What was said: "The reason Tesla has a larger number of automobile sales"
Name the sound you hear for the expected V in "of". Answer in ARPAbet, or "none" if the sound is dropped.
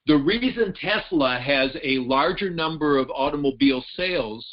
V